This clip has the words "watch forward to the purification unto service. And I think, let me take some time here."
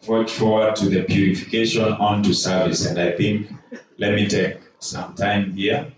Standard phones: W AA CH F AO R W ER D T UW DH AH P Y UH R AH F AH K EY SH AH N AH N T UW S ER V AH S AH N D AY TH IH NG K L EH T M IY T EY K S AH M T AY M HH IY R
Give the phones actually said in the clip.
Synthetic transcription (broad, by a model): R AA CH F AO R W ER D T UW DH AH P Y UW R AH F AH K EY SH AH N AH N T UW S ER V AH S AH N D AY TH IH NG K L EH T M IY T EY K S AH M T AY M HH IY